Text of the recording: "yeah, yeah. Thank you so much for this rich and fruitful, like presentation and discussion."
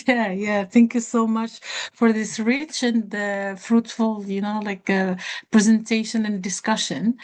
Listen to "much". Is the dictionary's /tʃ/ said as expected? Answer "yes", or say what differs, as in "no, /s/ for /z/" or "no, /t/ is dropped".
yes